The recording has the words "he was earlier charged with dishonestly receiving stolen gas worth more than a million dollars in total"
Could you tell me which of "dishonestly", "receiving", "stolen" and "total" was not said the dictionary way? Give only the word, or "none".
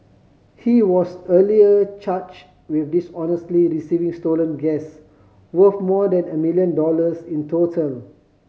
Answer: none